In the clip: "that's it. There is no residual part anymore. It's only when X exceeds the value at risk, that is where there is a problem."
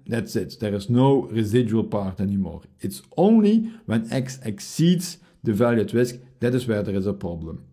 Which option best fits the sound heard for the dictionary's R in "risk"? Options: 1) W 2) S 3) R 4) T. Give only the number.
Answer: 1